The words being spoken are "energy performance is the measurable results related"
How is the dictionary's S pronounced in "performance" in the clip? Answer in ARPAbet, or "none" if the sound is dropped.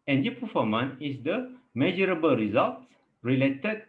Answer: none